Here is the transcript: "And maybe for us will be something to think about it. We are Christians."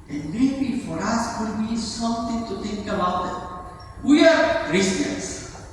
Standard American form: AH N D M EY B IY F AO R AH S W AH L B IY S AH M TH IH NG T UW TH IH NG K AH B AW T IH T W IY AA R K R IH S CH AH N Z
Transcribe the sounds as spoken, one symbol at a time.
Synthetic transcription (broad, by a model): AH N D M EY B IY F AO R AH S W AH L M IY S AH M T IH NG T UW T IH NG K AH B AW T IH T W IY AA R R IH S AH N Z